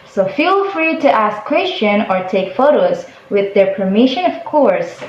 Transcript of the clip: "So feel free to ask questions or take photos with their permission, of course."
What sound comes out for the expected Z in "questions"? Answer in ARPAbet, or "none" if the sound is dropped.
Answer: none